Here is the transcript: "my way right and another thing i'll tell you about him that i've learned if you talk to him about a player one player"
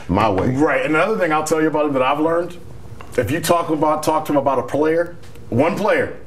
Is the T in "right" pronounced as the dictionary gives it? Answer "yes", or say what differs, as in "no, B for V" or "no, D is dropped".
yes